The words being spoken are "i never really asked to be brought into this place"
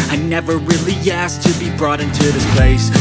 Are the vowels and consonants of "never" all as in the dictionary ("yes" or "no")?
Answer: yes